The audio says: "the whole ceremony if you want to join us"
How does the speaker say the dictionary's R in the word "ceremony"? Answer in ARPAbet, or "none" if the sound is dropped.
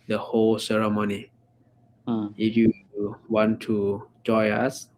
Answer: R